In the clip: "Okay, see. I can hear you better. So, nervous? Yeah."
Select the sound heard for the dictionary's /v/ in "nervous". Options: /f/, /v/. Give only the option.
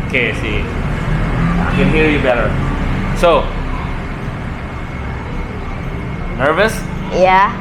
/v/